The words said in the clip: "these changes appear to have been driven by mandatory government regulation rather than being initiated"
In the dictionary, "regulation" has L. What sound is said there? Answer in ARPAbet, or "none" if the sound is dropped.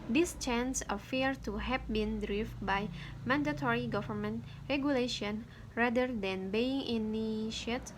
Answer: L